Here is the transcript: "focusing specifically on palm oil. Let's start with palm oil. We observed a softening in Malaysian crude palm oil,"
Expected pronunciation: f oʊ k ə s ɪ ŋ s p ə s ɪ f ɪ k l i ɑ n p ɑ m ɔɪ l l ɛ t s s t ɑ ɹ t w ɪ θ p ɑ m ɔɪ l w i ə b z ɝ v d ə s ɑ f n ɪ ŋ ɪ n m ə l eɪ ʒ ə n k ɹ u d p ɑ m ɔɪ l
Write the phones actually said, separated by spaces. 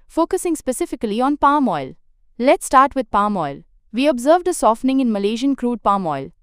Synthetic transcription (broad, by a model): f oʊ k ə s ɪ ŋ s p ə s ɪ f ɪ k l i ɑ n p ɑ m ɔɪ l l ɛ t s s t ɑ ɹ t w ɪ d p ɑ m ɔɪ l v i ə b z ɝ v d ə s ɑ f n ɪ ŋ ɪ n m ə l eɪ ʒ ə n k ɹ u d p ɑ m ɔɪ l